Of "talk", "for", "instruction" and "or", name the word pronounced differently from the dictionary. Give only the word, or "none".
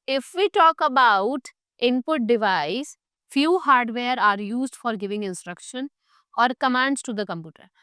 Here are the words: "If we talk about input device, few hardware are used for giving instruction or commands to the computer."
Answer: none